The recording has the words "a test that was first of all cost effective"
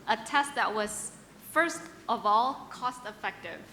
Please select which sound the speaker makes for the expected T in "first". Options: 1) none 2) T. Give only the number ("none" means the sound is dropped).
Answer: 2